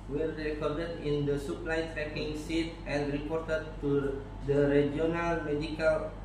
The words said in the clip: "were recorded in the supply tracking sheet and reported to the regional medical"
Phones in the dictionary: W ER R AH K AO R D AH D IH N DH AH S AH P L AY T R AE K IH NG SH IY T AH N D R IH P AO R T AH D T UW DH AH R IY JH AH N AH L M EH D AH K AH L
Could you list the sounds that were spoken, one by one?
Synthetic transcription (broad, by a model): W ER R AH K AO R D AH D IH N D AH S AH P L AY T R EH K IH NG S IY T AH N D R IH P AO R T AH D T UW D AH R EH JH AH N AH L M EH D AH K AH L